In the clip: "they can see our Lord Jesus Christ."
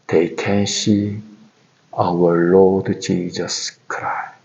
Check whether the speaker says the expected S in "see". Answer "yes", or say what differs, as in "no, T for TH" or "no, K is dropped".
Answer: no, SH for S